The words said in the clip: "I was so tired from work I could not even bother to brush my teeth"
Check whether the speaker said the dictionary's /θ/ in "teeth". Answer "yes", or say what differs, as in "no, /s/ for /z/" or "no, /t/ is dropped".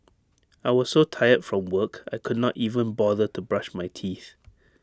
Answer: yes